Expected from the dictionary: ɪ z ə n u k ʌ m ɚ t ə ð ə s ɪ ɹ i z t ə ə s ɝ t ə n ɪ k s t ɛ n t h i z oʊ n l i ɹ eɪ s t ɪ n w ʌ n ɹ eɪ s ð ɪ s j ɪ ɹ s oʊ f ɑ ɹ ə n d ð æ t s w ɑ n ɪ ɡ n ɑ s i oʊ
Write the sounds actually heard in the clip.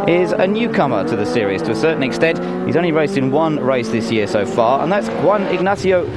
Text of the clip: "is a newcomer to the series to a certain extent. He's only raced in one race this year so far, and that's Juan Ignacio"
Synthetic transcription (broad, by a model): ɪ z ə n u k ʌ m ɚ t ə ð ə s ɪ ɹ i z t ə ə s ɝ t n ɪ k s t ɛ n t h i z oʊ n l i ɹ eɪ s t ɪ n w ʌ n ɹ eɪ s ð ɪ s j ɪ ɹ s oʊ f ɑ ɹ ə n ð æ t s w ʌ n ɪ ɡ n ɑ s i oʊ